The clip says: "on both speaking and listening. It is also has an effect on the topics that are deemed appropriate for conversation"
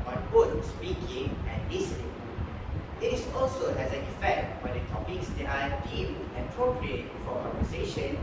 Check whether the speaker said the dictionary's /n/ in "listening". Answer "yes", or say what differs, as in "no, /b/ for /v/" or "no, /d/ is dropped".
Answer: no, /n/ is dropped